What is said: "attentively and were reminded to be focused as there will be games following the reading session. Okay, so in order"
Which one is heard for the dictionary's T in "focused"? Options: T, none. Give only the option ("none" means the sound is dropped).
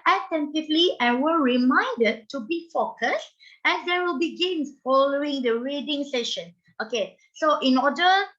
T